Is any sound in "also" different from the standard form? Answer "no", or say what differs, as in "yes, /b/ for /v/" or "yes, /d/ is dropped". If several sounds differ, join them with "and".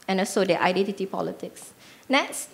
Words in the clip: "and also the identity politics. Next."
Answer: yes, /l/ is dropped